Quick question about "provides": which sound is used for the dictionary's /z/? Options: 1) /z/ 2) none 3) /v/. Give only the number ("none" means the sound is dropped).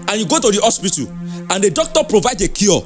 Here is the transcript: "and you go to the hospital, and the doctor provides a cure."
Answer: 2